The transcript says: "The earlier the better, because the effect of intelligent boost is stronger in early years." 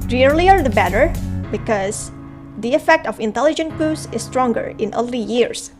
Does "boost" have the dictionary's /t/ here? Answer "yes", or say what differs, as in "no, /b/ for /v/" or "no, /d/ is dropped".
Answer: no, /t/ is dropped